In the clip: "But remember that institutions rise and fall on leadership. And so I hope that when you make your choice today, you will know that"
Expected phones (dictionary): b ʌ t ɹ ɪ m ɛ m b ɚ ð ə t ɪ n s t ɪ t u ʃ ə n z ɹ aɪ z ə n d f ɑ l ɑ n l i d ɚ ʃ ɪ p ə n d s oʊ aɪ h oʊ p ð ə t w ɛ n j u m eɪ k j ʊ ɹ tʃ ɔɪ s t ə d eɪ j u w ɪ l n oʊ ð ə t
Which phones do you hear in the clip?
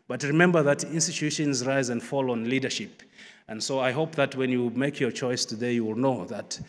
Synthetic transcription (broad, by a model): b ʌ t ɹ ɪ m ɛ m b ɚ ð ə t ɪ n s t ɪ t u ʃ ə n z ɹ aɪ z ə n d f ɑ l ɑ n l i d ɚ ʃ ɪ p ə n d s oʊ aɪ h oʊ p ð ə t w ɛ n j u m eɪ k j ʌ ɹ tʃ ɔɪ s t ə d eɪ j u w ɪ l n oʊ ð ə t